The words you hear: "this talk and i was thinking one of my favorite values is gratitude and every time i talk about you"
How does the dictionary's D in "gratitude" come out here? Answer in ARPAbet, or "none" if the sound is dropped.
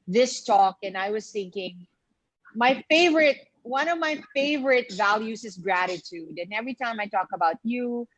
D